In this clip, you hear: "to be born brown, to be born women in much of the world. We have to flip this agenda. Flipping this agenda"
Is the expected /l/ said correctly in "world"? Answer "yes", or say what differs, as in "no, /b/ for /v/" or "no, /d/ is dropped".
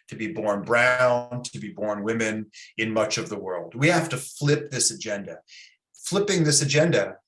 yes